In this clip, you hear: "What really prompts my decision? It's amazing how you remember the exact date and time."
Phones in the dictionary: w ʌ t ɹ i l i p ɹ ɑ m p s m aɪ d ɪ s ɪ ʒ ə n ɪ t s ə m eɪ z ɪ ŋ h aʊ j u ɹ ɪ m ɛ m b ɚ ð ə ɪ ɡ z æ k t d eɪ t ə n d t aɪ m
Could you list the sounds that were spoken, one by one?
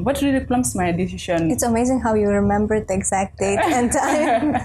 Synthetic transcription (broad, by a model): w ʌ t ɹ i l i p l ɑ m s m aɪ d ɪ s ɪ ʃ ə n ɪ t s ə m eɪ z ɪ ŋ h aʊ j u ɹ ɪ m ɛ m b ɚ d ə ɪ ɡ z æ k t d eɪ t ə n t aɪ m